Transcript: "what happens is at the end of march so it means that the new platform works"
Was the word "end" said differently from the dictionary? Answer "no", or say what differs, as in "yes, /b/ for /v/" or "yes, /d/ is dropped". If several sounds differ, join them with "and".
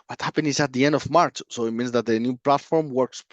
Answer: no